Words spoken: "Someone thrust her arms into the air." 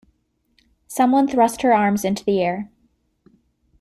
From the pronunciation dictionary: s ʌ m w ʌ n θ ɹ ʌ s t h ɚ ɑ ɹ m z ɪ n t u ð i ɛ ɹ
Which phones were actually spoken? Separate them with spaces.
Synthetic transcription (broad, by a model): s ʌ m w ʌ n θ ɹ ʌ s t h ɚ ɑ ɹ m z ɪ n t u ð i ɛ ɹ